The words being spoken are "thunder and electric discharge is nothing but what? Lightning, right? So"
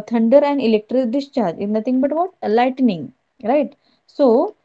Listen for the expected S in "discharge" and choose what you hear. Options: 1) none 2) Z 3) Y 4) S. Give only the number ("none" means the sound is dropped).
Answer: 4